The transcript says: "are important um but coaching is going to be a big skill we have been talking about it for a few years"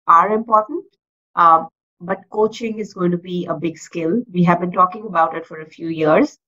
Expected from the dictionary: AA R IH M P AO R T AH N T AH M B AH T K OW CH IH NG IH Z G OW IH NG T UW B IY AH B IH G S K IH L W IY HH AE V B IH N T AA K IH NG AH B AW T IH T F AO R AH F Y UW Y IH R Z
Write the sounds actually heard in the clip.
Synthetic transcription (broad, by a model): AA R IH M P AO R T AH N T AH B AH T K OW CH IH NG IH Z G OW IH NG T UW B IY AH B IH G S K IH L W IY HH AE V B IH N T AA K IH NG AH B AW T IH T F AO R AH F Y UW Y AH R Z